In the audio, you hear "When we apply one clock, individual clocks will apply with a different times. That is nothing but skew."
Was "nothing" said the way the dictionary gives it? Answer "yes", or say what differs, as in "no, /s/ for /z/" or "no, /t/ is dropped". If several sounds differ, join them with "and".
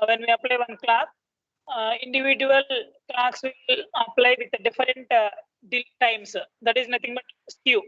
no, /t/ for /θ/